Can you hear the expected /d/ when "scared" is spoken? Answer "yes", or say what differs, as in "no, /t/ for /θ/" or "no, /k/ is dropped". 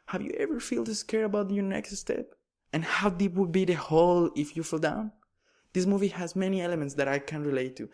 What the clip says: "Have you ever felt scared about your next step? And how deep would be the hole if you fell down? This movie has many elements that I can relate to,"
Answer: no, /d/ is dropped